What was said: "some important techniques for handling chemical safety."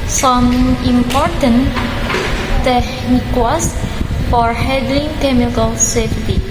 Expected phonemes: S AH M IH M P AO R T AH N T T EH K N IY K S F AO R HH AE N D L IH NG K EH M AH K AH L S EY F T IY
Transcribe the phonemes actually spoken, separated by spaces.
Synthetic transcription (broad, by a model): S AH M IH M P AO R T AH N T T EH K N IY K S F AO R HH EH D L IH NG K EH M AH K AH L S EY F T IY